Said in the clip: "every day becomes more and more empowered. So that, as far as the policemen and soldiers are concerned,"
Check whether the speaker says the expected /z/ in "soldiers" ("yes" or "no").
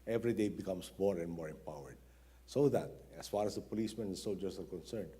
no